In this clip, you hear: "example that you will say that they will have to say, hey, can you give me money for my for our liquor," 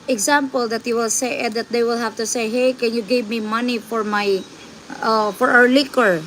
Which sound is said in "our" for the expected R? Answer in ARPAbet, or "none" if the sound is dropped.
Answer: W